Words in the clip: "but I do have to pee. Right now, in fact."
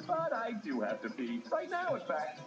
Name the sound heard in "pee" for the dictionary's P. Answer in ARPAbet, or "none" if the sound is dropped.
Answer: B